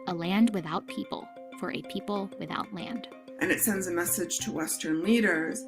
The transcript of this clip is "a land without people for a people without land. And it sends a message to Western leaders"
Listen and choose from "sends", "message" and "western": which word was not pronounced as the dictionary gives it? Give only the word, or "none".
none